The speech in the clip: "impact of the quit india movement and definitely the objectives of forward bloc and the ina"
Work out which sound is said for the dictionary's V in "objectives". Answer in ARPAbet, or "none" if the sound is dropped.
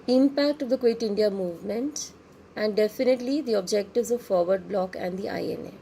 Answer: V